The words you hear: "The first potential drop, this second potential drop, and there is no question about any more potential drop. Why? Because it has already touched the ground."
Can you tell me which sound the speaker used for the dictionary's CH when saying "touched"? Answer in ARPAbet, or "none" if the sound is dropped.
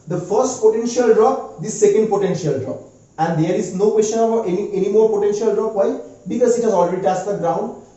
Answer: S